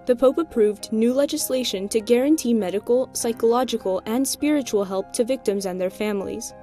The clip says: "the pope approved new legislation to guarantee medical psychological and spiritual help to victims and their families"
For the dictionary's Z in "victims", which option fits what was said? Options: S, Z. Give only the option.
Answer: Z